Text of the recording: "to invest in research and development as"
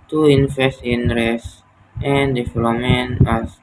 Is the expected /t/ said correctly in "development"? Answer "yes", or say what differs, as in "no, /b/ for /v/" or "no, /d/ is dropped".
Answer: no, /t/ is dropped